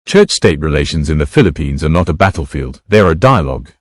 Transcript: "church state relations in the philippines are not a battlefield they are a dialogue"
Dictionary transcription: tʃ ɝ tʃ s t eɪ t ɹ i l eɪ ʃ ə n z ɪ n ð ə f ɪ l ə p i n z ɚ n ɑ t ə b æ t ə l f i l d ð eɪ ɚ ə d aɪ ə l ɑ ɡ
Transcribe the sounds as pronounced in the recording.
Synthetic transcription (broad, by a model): tʃ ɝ tʃ s t eɪ t ɹ i l eɪ ʃ ə n z ɪ n ð ə f ɪ l ə p i n z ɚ n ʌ t ə b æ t l f i l d ð ɚ ə d aɪ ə l ɑ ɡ